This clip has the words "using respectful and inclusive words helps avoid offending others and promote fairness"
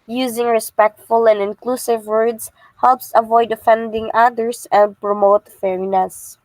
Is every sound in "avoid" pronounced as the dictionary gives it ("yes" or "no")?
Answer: yes